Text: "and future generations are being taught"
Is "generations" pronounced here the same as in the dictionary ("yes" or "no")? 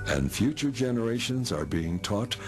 yes